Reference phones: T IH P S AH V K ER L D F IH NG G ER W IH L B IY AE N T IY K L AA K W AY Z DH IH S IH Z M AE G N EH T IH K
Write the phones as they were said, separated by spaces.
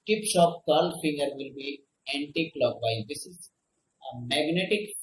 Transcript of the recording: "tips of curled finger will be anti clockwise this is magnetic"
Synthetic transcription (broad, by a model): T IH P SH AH P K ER L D F IH NG G ER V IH L B IY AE N T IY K L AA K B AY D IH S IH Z M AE G N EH T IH K